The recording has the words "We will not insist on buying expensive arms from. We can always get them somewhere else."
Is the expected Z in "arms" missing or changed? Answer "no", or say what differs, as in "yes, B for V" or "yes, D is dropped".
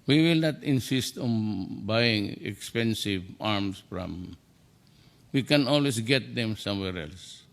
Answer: yes, S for Z